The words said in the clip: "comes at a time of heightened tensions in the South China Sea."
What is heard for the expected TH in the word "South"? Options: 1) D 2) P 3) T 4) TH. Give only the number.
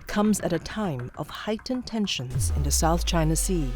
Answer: 4